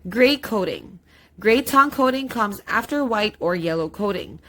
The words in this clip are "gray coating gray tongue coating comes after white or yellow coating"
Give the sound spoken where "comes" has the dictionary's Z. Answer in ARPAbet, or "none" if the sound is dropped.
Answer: Z